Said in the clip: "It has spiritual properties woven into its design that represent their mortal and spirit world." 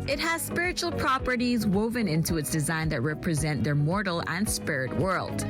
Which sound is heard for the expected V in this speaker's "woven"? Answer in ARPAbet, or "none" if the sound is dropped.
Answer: V